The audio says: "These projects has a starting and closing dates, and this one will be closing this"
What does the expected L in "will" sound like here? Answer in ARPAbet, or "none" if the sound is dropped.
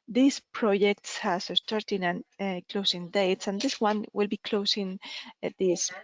L